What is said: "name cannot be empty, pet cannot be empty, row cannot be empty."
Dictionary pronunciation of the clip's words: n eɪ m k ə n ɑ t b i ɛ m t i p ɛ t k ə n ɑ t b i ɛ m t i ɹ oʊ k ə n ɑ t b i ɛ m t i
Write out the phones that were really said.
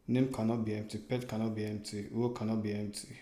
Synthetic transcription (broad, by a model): n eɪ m k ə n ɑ b i ɛ m t i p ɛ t k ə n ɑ b i ɛ m t i w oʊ k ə n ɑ b i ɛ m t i